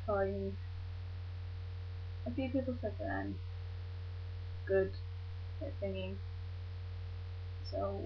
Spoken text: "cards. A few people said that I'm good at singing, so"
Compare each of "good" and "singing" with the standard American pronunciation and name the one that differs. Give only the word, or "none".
singing